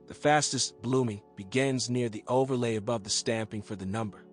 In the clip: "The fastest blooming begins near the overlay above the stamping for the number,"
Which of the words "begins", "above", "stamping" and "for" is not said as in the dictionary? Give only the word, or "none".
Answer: none